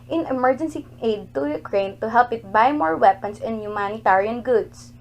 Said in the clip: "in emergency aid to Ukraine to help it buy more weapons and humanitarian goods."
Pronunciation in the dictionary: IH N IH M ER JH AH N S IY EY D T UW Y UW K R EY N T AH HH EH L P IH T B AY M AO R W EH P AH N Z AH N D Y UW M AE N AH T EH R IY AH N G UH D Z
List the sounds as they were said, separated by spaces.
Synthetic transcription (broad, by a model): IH N IH M ER JH AH N S IY EY D T UW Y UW K R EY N T AH HH EH L P IH T B AY M AO R W EH P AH N S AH N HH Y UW M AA N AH T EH R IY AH N G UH D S